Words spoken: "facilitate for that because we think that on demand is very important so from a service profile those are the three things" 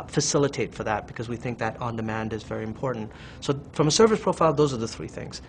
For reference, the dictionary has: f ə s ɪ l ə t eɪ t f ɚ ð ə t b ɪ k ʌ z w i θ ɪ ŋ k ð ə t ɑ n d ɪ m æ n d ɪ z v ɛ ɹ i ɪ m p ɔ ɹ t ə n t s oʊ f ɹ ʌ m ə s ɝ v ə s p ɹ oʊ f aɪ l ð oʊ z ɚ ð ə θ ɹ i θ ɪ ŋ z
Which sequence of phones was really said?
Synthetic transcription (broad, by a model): f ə s ɪ l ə t eɪ t f ɚ ð ə t b ɪ k ʌ z w i θ ɪ ŋ k ð ə t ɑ n d ɪ m æ n d ɪ z v ɛ ɹ i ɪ m p ɔ ɹ t n t s oʊ f ɹ ʌ m ə s ɝ v ə s p ɹ oʊ f aɪ l ð oʊ z ɚ ð ə θ ɹ i θ ɪ ŋ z